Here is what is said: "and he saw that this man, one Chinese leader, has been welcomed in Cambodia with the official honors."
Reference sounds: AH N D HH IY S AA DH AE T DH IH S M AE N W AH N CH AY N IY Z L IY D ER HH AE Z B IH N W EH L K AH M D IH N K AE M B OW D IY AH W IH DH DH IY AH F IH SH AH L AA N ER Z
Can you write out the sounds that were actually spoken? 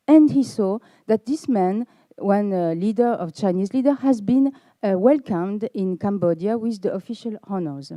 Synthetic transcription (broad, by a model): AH N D HH IY S AA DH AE T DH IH S M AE N W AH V CH AY N IY Z L IY D ER HH AE Z B IH N W EH L K AH M D IH N K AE M B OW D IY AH W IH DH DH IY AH F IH SH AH L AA N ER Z